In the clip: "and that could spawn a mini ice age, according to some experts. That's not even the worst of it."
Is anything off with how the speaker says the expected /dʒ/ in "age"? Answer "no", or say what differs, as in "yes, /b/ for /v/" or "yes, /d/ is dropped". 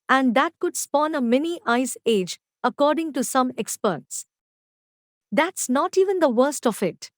no